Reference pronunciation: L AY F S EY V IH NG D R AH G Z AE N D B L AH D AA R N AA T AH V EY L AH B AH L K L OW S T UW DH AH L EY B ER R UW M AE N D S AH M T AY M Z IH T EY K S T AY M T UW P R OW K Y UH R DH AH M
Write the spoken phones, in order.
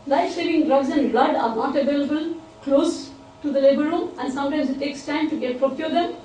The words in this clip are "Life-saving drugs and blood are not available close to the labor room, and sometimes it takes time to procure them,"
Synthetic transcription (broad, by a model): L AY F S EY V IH NG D R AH G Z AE N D B L AH D AA R N AA T AH V EY L AH B AH L K L OW S T UW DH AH L EY B ER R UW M AE N D S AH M T AY M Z IH T EY K S T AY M T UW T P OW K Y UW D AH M